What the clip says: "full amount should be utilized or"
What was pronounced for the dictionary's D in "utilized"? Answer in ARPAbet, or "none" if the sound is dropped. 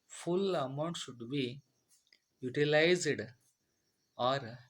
D